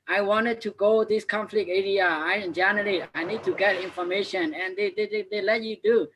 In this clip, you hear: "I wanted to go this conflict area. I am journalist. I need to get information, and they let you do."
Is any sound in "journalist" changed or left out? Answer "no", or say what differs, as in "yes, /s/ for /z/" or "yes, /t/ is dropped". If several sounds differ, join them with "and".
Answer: yes, /s/ is dropped